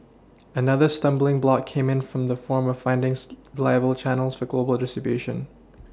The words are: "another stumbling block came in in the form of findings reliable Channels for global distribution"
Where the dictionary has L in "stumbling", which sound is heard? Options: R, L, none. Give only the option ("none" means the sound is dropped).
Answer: L